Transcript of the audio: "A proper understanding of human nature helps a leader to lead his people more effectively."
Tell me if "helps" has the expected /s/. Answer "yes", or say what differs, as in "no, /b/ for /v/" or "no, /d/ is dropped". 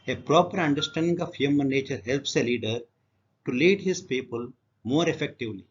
yes